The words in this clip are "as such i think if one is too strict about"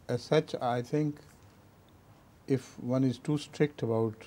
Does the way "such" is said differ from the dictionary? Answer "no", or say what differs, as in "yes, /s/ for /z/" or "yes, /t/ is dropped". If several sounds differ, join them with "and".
no